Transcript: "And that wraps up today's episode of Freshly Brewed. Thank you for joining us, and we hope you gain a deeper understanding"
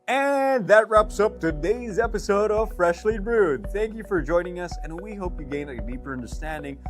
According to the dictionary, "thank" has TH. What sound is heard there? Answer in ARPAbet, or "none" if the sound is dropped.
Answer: TH